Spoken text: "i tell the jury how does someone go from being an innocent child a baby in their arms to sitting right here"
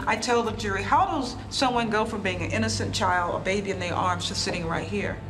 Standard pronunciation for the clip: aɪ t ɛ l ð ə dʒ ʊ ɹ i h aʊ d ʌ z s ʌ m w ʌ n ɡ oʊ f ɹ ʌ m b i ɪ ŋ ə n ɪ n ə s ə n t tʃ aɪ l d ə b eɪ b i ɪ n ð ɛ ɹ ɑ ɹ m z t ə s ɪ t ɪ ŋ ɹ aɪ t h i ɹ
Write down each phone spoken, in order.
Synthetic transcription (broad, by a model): aɪ t ɛ l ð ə dʒ ʊ ɹ i h aʊ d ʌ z s ʌ m w ʌ n ɡ oʊ f ɹ ʌ m b i ɪ ŋ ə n ɪ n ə s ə n tʃ aɪ l d ə b eɪ b i ɪ n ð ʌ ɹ ɑ ɹ m z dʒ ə s ɪ t ɪ ŋ ɹ aɪ t h i ɹ